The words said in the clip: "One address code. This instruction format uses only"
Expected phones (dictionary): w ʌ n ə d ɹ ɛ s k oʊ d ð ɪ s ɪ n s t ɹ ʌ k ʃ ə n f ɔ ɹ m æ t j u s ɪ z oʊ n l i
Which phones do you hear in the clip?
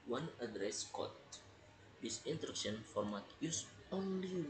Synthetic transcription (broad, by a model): w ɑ n ə d ɹ ɛ s k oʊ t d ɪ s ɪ n t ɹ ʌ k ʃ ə n f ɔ ɹ m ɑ t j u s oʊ n l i